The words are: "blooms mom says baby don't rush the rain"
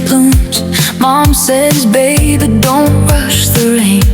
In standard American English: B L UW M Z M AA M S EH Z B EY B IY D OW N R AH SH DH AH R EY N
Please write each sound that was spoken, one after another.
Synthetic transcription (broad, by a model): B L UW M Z M AA M S EH Z B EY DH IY D OW N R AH SH DH AH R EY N